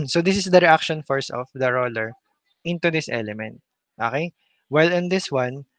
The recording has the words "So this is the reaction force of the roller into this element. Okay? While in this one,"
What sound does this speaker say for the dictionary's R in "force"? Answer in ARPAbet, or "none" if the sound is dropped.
R